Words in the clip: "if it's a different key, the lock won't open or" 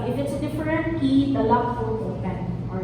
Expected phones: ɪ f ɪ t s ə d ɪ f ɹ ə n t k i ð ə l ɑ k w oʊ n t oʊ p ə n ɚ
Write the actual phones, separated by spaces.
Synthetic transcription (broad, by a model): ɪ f ɪ t s d ɪ f ɹ ə n t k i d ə l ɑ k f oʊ l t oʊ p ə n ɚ